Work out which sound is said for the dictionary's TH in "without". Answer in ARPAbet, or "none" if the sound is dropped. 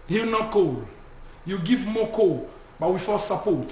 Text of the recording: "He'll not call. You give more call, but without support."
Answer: F